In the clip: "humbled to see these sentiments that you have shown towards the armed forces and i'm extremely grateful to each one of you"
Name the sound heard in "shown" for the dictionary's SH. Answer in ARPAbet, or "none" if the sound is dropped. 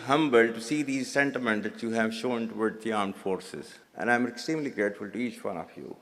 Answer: SH